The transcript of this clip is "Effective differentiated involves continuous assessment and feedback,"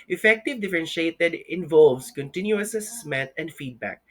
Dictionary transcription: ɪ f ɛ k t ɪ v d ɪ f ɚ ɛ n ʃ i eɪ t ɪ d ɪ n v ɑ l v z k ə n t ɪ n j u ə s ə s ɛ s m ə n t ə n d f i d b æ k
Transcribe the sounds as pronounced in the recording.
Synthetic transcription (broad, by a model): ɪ f ɛ k t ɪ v d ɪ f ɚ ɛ n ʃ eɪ t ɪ d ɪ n v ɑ l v s k ə n t ɪ n j u ə s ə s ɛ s m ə t ə n d f i d b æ k